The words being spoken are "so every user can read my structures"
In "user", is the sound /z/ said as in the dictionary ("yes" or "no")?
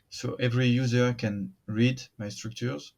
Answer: yes